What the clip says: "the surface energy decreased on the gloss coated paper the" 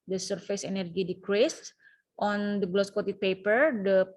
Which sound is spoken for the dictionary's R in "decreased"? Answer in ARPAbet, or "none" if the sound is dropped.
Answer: R